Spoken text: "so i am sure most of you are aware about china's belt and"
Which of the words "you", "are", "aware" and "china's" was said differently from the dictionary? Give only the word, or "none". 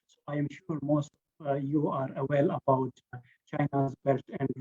aware